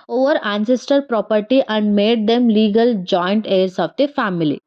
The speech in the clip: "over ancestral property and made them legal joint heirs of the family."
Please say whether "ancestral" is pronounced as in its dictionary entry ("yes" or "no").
no